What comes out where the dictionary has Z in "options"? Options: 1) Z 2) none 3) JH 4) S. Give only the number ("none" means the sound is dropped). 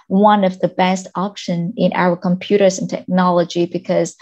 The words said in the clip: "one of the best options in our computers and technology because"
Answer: 2